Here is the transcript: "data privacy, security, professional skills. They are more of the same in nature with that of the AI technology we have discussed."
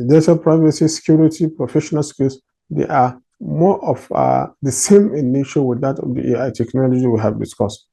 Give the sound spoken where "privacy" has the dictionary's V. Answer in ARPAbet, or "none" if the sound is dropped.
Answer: V